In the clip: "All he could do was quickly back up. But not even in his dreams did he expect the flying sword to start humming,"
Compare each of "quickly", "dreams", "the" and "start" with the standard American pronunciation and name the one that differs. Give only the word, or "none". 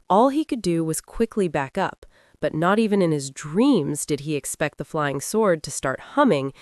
none